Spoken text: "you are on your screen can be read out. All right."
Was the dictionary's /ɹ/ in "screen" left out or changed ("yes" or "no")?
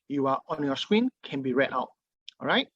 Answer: yes